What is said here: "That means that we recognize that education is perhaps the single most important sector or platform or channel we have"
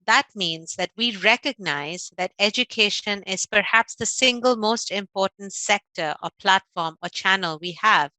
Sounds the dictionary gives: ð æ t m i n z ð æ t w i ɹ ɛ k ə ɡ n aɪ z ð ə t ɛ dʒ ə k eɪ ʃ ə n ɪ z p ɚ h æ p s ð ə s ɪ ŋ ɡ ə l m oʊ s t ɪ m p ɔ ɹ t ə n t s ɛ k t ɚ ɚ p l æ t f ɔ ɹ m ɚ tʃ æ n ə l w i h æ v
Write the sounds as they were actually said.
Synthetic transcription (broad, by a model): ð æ t m i n z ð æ t w i ɹ ɛ k ə ɡ n aɪ z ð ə t ɛ dʒ ə k eɪ ʃ ə n ɪ z p ɚ h æ p s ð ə s ɪ ŋ ɡ ə l m oʊ s t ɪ m p ɔ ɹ t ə n t s ɛ k t ɚ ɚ p l æ t f ɔ ɹ m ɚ tʃ æ n ə l w i h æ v